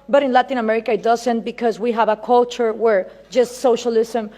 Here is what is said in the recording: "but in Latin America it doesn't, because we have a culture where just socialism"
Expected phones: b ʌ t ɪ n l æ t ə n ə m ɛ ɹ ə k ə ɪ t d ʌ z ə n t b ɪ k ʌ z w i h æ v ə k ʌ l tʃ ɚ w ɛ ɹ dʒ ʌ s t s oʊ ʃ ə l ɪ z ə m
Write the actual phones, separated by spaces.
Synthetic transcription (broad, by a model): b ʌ t ɪ n l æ t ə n ə m ɛ ɹ ə k ə ɪ t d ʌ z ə n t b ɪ k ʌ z w i h æ v ə k ʌ l tʃ ɚ w ɛ ɹ dʒ ʌ s t s oʊ ʃ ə l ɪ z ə m